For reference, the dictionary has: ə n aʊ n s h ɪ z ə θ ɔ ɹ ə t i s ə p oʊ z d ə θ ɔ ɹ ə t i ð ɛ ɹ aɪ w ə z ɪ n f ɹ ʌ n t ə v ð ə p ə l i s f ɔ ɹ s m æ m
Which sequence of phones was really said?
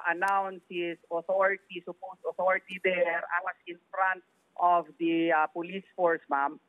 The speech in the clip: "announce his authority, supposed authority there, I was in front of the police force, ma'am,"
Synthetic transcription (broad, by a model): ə n aʊ n s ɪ s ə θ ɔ ɹ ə t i s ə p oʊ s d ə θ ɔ ɹ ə t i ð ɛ ɹ aɪ w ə s ɪ n f ɹ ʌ n t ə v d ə p ə l i s f ɔ ɹ s m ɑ m